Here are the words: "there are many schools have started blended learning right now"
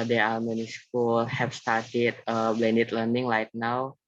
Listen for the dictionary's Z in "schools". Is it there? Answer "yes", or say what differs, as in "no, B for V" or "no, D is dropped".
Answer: no, Z is dropped